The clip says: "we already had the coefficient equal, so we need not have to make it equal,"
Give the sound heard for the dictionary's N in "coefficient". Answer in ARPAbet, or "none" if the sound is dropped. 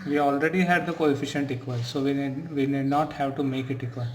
N